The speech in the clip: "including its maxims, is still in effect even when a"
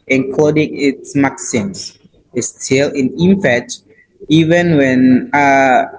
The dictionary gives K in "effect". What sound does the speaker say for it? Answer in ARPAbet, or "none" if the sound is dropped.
none